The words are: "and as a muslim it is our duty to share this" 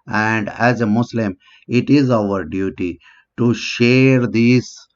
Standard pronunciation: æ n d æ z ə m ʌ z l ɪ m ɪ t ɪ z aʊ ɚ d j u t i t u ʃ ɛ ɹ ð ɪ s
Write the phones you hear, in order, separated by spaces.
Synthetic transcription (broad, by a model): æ n d æ z ə m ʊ s l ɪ m ɪ t ɪ z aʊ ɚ d j u t i t u ʃ ɛ ɹ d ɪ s